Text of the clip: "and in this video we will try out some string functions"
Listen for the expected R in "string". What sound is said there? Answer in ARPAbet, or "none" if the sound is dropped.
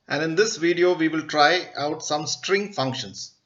R